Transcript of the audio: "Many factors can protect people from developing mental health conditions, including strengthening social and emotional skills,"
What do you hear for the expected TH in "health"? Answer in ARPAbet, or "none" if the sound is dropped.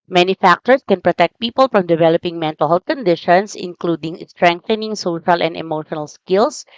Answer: T